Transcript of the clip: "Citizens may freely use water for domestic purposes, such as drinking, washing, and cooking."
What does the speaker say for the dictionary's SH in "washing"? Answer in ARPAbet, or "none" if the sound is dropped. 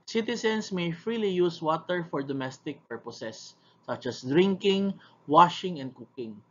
SH